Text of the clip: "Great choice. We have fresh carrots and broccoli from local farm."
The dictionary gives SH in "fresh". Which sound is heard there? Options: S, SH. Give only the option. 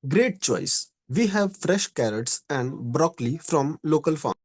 SH